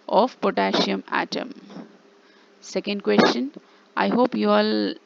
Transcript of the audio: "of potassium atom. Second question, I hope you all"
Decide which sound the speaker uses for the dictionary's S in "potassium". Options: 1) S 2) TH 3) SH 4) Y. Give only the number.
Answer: 3